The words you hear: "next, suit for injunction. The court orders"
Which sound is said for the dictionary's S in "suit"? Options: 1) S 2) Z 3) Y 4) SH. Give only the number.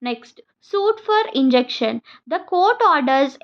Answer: 1